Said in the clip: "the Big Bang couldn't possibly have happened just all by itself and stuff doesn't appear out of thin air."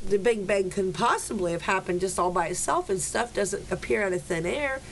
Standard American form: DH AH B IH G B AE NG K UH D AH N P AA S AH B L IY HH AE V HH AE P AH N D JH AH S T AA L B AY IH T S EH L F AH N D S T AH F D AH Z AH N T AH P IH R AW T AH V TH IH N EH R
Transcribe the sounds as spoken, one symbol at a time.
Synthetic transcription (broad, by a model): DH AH B IH G B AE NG K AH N P AA S AH B L IY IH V HH AE P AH N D JH AH S T AA L B AY IH T S EH L F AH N S T AH F D AH Z AH N T AH P IH R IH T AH TH IH N EH R